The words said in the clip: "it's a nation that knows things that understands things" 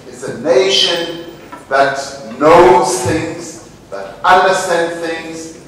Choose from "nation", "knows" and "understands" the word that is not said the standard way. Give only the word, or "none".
understands